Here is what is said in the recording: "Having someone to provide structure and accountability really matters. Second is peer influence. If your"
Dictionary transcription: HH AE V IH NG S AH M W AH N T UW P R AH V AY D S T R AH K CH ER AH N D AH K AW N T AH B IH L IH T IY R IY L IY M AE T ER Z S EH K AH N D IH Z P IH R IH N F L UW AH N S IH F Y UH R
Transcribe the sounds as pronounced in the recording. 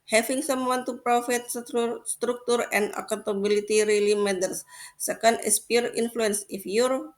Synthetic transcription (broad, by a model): HH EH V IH NG S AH M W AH N T UW P R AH F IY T S T R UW K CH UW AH N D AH K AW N T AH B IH L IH T IY R IY L IY M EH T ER S EH K AH N D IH S P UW R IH N F L UW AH N S IH F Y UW R